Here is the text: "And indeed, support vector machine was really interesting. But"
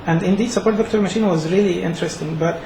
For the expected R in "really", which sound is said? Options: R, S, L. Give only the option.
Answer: R